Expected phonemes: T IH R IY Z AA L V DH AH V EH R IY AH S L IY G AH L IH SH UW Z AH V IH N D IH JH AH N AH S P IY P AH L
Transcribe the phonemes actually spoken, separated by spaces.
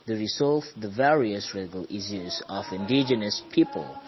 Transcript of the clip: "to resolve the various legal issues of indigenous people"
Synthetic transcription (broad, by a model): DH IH R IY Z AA L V DH AH V EH R IY AH S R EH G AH L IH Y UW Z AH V IH N D IH JH AH N AH S P IY P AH L